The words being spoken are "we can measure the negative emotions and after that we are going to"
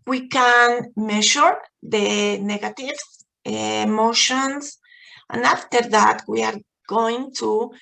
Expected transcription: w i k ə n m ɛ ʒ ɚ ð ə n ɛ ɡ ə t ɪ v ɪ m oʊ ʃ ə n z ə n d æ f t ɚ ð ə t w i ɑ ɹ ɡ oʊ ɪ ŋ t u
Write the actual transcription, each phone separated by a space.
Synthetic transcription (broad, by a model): w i k ə n m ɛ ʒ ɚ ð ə n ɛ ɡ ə t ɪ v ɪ m oʊ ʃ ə n s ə n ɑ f t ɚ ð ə t w i ɑ ɹ ɡ oʊ ɪ ŋ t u